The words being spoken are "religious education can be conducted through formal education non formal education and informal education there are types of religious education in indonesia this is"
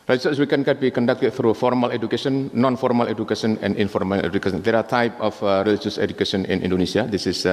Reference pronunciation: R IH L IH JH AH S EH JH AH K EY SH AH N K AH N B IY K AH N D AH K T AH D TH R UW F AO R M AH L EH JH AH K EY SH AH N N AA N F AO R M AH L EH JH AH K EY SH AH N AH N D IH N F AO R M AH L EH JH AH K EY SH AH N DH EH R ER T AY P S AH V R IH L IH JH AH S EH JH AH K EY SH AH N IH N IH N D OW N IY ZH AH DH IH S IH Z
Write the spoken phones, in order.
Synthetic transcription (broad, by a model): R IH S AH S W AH K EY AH N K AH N B IY K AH N D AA K T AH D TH R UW F AO R M AH L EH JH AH K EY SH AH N N AA N F AO R M AH L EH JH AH K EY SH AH N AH N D IH N F AO R M AH L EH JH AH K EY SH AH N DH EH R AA T AY P AH F R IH L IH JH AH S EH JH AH K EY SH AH N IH N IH N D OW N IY S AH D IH S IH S